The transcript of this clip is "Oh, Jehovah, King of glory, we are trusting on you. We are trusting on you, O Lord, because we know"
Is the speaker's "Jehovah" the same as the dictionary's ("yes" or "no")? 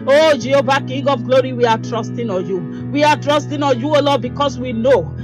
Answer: no